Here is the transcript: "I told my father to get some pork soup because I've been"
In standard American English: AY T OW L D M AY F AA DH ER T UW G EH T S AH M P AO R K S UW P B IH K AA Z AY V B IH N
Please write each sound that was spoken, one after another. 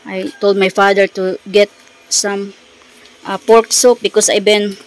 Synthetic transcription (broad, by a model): AY T OW L D M AY F AA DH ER T UW G EH T S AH M P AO R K S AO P B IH K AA S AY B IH N